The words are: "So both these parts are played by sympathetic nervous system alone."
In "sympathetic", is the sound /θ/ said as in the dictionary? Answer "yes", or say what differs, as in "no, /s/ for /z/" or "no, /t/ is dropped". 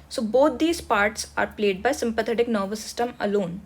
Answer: no, /t/ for /θ/